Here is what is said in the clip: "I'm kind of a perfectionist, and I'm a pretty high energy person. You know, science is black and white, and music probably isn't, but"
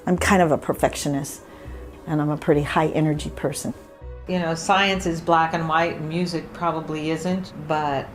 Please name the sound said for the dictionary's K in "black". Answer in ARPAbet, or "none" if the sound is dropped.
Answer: K